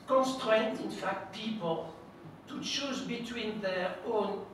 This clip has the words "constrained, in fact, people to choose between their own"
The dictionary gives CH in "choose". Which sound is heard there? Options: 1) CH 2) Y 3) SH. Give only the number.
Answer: 3